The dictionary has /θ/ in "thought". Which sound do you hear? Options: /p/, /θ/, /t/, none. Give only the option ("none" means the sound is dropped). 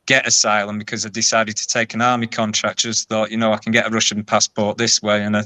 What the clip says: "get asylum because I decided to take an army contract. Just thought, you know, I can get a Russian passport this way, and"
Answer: /θ/